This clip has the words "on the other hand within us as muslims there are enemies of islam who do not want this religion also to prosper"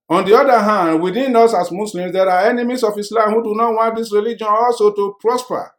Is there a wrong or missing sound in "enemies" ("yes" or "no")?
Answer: yes